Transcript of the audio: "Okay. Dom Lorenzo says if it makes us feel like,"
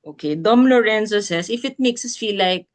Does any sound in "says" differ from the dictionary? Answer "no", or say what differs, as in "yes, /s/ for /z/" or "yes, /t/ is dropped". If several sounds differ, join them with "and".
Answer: yes, /s/ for /z/